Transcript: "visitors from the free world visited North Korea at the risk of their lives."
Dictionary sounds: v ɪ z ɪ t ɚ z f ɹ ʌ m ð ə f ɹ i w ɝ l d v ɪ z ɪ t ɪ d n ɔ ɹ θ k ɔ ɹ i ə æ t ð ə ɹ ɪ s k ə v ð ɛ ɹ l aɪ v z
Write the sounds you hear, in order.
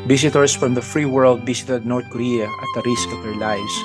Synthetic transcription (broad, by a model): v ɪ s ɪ t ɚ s f ɹ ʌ m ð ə f ɹ i w ɝ l d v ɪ s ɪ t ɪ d n ɔ ɹ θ k ɔ ɹ i ə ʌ t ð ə ɹ ɪ s k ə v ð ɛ ɹ l aɪ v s